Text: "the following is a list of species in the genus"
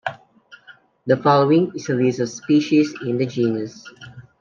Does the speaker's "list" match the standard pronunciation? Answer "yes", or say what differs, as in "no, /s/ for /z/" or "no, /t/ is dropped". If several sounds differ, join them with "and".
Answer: no, /t/ is dropped